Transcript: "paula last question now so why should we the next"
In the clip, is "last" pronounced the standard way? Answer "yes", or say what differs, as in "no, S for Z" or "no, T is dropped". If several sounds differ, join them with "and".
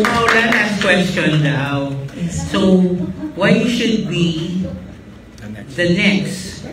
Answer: no, N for L